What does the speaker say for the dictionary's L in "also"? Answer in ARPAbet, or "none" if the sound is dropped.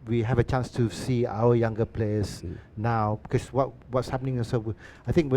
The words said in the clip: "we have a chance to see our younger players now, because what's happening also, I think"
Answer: N